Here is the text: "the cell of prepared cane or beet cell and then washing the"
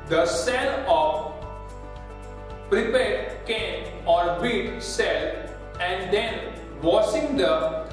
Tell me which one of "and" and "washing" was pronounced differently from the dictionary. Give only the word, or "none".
washing